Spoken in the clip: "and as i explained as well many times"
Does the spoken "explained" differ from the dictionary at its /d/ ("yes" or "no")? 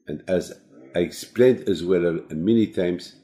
no